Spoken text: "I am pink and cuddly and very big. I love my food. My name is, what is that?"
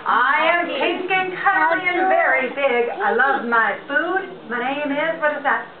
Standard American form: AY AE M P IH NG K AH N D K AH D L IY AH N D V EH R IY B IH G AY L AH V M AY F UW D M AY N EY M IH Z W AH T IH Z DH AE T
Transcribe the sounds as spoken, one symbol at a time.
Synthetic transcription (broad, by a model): AY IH M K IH K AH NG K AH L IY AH N V EH R IY B IH G AY L AH V M AY F UW D M AY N EY M IH Z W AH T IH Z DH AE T